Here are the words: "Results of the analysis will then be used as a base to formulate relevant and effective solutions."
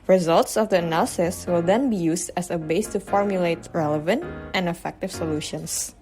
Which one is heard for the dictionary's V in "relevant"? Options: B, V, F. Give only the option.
V